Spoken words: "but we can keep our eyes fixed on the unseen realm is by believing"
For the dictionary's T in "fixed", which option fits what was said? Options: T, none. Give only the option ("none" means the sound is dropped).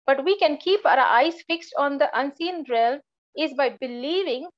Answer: T